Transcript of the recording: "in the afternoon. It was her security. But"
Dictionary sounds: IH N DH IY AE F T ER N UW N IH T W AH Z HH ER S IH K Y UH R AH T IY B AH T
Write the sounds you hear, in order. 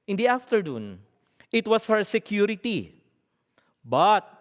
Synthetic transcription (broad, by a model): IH N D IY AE F T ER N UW N IH T W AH S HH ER S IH K Y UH R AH T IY B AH T